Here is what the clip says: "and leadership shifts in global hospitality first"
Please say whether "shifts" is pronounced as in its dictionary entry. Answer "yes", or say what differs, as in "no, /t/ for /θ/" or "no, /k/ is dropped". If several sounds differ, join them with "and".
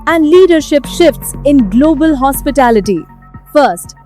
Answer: yes